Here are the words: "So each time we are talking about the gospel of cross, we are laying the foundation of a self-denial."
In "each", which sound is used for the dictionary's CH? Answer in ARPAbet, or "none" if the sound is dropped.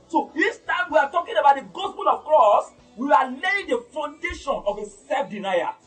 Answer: S